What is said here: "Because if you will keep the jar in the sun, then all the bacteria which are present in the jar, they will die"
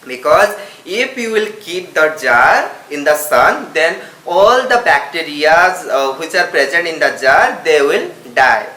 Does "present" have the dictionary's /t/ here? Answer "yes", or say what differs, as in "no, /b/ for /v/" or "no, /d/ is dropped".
yes